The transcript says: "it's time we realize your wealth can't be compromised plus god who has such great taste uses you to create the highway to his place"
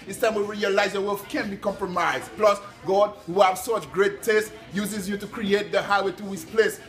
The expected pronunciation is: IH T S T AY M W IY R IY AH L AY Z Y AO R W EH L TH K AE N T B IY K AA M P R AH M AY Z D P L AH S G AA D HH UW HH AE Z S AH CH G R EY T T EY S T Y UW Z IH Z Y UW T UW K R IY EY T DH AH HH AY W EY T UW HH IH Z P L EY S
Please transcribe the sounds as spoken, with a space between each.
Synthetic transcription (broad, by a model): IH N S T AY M W IY R IY AH L AY Z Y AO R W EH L F K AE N B IY K AA M P R AH M AY Z D P L AH S G AA D HH UW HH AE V S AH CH G R EY T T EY S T Y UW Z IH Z Y UW T UW K R IY EY T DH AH HH AY W EY T UW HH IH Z P L EY S